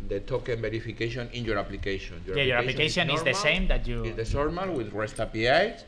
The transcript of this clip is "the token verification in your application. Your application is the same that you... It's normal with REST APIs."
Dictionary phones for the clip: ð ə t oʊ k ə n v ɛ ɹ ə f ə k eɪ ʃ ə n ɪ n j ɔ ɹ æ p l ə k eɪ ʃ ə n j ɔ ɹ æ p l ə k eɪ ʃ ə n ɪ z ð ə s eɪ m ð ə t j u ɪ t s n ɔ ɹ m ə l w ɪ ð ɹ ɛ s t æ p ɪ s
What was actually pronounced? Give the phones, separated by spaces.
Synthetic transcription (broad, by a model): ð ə t oʊ k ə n b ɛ ɹ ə f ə k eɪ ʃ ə n ɪ n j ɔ ɹ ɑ p l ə k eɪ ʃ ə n j ɔ ɹ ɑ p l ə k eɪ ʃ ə n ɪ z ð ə s eɪ m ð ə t j u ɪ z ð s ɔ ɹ m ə l w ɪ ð ɹ ɛ s t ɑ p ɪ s